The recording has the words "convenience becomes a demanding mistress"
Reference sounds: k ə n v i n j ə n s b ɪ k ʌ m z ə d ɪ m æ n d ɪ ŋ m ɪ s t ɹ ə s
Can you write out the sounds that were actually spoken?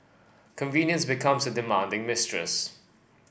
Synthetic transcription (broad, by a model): k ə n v i n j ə n s b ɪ k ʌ m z ə d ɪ m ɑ n d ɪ ŋ m ɪ s t ɹ ə s